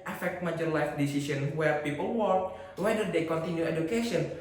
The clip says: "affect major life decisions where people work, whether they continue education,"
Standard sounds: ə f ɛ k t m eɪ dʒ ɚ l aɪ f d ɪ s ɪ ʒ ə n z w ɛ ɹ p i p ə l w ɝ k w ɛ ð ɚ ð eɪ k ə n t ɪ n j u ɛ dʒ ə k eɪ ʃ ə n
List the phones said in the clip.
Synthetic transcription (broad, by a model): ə f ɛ k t m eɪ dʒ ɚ l aɪ f d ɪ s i s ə n w ɛ ɹ p i p ə l w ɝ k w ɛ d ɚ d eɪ k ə n t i n j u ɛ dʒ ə k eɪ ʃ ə n